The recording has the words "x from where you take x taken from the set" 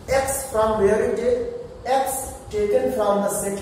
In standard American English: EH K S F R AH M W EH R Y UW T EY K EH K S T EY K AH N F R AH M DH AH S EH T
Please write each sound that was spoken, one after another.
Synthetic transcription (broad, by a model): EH K S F R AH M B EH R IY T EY EH K S T EY K AH N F R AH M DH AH S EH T